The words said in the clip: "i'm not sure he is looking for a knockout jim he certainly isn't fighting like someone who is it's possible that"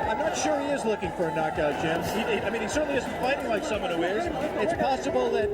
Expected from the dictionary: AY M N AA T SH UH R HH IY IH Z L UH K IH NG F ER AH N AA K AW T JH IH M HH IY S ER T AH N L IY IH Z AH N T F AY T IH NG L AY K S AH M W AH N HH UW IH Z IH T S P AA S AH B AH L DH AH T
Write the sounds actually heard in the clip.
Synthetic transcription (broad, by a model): AY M N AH T SH UH R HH IY IH Z L UH K IH NG F ER AH N AA K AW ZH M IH M HH IY S ER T N L IY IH Z N T F AY T IH NG L AY K S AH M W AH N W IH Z IH T S P AA S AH B L DH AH T